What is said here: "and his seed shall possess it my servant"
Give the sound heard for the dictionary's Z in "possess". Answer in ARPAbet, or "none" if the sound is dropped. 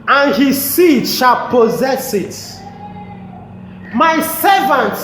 Z